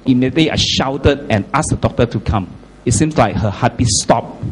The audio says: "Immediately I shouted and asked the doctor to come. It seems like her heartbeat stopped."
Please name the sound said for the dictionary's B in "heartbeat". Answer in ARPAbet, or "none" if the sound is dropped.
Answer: none